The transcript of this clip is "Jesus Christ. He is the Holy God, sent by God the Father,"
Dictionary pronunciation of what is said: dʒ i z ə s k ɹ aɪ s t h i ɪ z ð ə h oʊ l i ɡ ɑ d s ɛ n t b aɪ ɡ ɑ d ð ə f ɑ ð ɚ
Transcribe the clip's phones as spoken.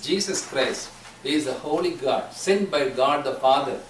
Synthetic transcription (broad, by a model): dʒ i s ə s k ɹ aɪ s t h i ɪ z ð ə h oʊ l i ɡ ɑ d s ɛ n b aɪ ɡ ɑ d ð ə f ɑ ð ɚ